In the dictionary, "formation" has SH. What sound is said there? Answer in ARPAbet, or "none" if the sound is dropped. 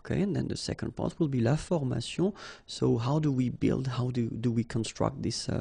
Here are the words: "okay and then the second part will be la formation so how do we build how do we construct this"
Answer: S